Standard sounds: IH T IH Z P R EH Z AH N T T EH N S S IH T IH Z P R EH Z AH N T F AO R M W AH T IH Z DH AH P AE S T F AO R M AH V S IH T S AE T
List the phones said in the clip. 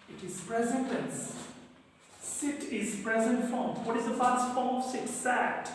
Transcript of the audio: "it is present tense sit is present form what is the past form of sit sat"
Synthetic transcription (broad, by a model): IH T IH Z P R EH Z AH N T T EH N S S IH T IH Z P R EH Z AH N T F R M W AH T IH Z DH AH F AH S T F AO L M S IH T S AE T